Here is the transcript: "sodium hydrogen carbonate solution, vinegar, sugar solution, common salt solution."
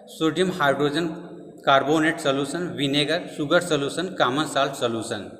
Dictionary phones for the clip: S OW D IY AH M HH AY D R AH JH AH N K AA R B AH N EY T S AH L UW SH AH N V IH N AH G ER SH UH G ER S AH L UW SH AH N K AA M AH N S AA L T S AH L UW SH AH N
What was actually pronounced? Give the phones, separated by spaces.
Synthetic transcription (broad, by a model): S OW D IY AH M HH AY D R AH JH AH N K AA R B AH N EY T S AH L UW S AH N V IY N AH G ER S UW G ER S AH L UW S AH N K AA M AH N S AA L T S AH L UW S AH N